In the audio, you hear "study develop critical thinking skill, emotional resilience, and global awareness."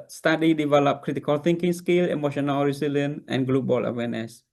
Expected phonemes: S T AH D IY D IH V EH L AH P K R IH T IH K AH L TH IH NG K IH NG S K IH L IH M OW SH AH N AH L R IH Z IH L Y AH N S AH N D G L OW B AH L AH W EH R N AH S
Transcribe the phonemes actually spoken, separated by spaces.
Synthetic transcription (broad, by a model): S T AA D IY D IH V EH L AH P K R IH T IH K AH L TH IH NG K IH NG S K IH L IH M OW SH AH N AH L R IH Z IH L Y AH N AH N G L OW B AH L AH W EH N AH S